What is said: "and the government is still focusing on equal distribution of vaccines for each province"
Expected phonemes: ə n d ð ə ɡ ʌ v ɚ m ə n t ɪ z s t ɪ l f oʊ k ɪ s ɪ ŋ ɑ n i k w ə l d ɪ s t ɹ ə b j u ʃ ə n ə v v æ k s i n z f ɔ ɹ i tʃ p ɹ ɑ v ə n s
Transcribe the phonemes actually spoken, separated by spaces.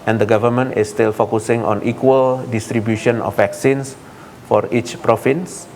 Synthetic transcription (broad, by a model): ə n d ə ɡ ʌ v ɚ m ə n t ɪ s t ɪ l f oʊ k ɪ s ɪ ŋ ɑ n i k w ə l d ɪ s t ɹ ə b j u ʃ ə n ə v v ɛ k s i n s f ɔ ɹ i tʃ p ɹ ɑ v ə n s